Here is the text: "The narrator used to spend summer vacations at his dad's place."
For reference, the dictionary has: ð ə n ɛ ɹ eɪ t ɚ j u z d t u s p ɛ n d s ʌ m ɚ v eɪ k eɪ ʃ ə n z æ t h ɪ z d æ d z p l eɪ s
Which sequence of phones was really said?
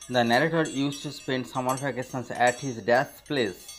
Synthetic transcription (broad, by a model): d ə n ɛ ɹ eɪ t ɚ j u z t u s p ɛ n d s ʌ m ɚ f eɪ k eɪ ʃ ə n s æ t h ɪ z d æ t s p l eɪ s